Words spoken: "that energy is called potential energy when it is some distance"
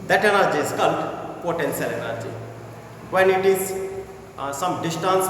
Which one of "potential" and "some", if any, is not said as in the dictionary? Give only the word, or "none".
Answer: potential